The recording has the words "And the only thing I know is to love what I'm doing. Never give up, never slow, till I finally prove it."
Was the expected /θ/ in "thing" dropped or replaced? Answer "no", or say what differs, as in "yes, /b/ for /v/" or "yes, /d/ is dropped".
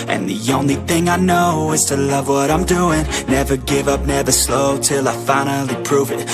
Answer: no